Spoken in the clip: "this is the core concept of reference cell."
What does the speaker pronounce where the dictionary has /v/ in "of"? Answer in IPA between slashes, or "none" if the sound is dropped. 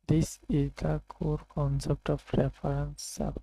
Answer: /p/